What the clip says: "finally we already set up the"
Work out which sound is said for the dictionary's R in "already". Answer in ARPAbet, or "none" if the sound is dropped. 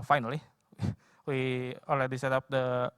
L